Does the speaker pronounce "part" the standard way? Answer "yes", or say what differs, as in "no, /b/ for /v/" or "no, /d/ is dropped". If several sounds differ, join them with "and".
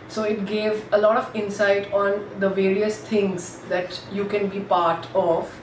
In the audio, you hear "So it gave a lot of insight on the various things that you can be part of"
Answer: yes